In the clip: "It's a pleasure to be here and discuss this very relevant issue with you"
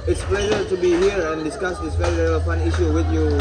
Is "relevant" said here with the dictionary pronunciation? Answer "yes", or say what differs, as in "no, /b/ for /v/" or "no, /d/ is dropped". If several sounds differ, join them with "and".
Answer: no, /f/ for /v/ and /t/ is dropped